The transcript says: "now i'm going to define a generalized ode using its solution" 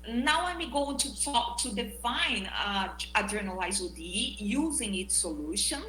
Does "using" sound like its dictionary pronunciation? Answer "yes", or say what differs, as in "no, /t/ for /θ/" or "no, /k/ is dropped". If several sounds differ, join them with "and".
yes